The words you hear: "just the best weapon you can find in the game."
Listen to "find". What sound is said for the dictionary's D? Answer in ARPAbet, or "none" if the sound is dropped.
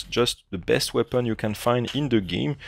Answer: D